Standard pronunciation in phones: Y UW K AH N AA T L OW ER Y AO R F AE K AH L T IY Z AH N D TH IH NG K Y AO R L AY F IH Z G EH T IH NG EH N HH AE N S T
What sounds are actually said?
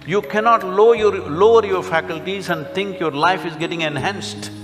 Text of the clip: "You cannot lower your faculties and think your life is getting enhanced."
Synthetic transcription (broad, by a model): Y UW K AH N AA T L OW ER Y AO R F AE K AH L T IY Z AH N D T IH NG K Y AO R L AY F IH Z G EH T IH NG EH N HH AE N S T